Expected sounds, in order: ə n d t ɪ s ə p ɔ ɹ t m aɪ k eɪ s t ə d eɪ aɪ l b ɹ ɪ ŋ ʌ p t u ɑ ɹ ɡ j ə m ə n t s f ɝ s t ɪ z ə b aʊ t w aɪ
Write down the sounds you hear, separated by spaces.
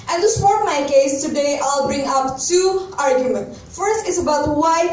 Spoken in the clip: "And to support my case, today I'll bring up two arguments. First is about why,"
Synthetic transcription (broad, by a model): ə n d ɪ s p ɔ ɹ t m aɪ k eɪ s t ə d eɪ aɪ l b ɹ ɪ ŋ ʌ p t u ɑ ɹ ɡ j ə m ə n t f ɝ s t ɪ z ə b aʊ t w aɪ